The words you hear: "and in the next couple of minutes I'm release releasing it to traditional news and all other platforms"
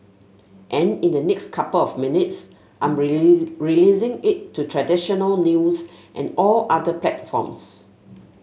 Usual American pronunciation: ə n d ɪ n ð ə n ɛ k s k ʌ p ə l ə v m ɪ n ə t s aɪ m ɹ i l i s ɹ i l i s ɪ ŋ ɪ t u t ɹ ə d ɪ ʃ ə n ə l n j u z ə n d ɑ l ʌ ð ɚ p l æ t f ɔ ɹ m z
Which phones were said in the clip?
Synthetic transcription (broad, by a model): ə n ɪ n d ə n ɛ k s k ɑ p ə l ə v m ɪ n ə t s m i ɪ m ɹ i l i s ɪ ŋ ɪ t u t ɹ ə d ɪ ʃ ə n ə l n j u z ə n ɑ l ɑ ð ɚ p l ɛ t f ɔ m s